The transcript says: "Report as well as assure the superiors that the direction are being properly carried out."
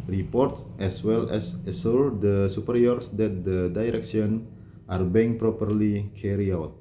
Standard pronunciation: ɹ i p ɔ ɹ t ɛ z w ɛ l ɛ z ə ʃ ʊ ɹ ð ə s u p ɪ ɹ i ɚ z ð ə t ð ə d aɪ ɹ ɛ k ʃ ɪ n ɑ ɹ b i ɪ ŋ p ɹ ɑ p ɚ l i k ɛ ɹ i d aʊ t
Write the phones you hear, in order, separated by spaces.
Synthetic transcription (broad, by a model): ɹ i p ɔ ɹ t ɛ s w ɛ l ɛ s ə s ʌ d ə s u p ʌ ɹ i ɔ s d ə t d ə d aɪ ɹ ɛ k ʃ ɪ n ɑ ɹ b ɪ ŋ p ɹ ɑ p ɚ l i k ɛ ɹ i aʊ t